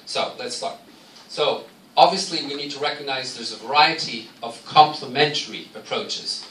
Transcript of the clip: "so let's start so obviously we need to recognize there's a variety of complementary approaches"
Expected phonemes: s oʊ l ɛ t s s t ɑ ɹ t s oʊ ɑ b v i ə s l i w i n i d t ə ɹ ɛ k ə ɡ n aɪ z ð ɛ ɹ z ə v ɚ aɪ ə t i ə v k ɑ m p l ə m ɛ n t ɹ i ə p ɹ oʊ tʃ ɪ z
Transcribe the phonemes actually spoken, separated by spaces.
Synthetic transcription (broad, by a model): s oʊ l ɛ t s s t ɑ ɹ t s oʊ ɑ b v i ə s l i w i n i d t ə ɹ ɛ k ə ɡ n aɪ z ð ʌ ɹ z ə v ɚ aɪ ə t i ə v k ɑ m p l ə m ɛ n t ɹ i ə p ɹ oʊ tʃ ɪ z